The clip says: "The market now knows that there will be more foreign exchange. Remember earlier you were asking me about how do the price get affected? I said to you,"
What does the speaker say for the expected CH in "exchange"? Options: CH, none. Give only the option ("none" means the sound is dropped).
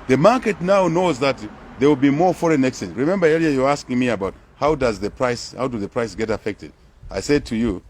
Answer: none